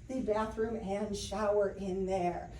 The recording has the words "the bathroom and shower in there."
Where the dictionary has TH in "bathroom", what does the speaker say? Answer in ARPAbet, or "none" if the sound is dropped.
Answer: TH